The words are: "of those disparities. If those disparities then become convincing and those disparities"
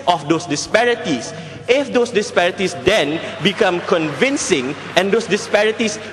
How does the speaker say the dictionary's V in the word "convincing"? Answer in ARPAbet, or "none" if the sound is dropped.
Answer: V